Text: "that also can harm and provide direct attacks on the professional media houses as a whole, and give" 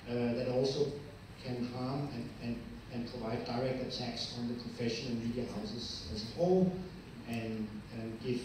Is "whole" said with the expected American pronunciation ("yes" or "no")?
no